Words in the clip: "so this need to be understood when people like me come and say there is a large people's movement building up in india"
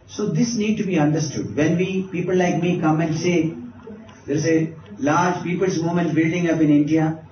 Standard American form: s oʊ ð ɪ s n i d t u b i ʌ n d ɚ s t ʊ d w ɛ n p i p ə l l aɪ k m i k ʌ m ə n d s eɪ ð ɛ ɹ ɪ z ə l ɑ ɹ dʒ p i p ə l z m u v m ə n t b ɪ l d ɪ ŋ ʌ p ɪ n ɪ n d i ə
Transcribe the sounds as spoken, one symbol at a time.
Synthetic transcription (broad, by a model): s oʊ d ɪ s n i d t u b i ʌ n d ɚ s t ʊ d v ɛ n p i p ə l l aɪ k m i k ʌ m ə n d s eɪ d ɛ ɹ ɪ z ə l ɑ ɹ dʒ p i p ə l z m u m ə n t b ɪ l d ɪ ŋ ʌ p ɪ n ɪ n d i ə